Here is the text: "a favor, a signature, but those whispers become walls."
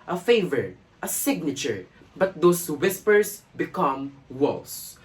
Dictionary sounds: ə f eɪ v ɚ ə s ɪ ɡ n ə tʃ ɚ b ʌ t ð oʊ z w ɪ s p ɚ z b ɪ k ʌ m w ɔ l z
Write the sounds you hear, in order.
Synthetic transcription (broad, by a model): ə f eɪ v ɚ ə s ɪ ɡ n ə tʃ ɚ b ʌ t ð oʊ s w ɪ s p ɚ s b ɪ k ʌ m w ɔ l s